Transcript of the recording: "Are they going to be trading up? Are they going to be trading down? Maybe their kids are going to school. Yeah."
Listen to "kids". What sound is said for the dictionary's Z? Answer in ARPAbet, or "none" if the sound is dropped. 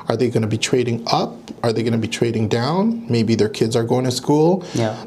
Z